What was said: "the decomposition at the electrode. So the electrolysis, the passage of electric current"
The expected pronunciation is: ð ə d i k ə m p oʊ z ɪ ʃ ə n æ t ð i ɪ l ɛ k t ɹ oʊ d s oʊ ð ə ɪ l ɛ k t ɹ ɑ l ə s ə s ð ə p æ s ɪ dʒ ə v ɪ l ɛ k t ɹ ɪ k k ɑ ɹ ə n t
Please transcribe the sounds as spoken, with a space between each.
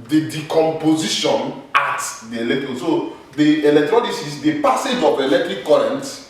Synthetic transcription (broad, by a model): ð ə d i k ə m p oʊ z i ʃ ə n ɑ t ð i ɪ l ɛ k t oʊ s oʊ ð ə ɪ l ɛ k t ɹ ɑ n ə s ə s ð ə p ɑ s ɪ dʒ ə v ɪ l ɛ k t ɹ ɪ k k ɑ ɹ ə n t